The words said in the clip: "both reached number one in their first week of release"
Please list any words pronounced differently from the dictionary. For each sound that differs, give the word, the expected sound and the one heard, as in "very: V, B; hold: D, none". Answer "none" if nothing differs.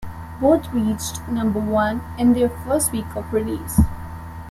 both: TH, T